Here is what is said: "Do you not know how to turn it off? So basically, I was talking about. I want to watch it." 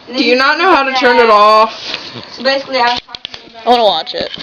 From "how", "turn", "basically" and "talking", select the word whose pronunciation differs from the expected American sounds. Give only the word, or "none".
talking